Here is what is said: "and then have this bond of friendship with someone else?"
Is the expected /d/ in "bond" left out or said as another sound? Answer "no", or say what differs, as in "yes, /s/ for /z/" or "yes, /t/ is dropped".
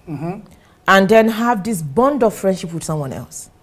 no